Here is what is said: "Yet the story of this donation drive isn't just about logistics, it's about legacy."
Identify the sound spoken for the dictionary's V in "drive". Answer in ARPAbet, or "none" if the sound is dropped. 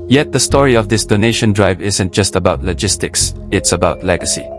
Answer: V